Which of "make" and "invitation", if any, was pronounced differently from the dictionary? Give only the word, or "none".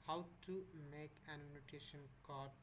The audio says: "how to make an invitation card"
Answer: invitation